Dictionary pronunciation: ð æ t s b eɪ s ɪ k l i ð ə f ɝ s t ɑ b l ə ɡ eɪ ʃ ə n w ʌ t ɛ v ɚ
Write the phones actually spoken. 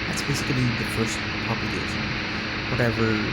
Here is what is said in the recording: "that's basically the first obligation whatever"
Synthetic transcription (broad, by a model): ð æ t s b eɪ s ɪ l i ð ə f ɝ s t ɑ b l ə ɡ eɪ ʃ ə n w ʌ t ɛ v ɚ